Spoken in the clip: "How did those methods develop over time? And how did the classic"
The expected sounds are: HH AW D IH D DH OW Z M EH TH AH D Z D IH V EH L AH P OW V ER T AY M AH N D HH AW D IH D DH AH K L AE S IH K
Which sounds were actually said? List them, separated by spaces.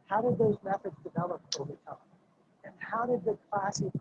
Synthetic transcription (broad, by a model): HH AW D IH D DH OW Z M EH TH AH D Z D IH V EH L AH P OW V ER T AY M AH N HH AW D IH D DH AH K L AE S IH